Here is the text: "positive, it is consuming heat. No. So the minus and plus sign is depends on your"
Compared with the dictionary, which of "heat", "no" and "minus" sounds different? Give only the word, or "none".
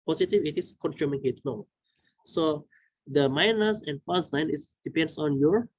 no